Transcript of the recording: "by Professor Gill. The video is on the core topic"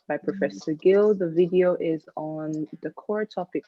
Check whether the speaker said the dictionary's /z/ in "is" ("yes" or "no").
yes